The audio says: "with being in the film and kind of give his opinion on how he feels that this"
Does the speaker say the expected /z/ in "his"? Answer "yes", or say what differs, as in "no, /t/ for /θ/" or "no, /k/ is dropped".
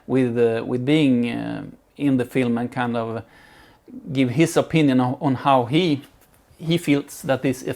no, /s/ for /z/